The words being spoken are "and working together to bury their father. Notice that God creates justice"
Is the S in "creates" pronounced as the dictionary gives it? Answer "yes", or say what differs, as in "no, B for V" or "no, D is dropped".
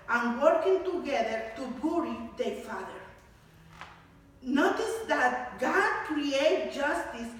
no, S is dropped